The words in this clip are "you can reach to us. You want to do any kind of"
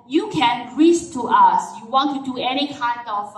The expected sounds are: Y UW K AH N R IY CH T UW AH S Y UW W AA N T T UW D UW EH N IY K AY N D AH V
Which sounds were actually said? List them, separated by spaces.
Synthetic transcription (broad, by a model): Y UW K AH N R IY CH T UW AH S Y UW W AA N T T UW D UW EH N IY K AY N D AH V